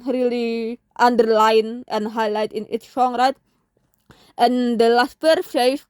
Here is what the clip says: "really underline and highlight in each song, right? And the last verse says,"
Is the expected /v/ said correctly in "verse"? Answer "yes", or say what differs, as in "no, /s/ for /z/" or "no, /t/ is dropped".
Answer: no, /p/ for /v/